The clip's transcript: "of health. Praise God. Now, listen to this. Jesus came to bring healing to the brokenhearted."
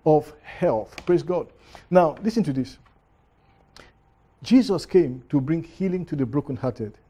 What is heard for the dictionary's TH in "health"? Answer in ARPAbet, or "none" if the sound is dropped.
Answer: TH